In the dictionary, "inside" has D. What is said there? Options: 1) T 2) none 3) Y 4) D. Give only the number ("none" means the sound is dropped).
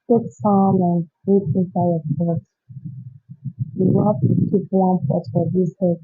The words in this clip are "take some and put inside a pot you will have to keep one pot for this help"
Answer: 2